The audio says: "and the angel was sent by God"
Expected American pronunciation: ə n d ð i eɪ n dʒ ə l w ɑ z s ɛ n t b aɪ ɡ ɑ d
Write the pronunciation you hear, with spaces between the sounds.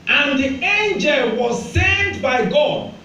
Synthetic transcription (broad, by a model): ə n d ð i eɪ n dʒ ə l w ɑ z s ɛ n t b aɪ ɡ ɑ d